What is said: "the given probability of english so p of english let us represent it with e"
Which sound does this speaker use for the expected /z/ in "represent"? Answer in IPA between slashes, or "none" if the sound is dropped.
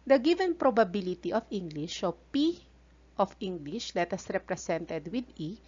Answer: /s/